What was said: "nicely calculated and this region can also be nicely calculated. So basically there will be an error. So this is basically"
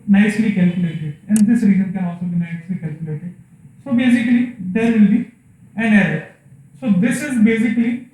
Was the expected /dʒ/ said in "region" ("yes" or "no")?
no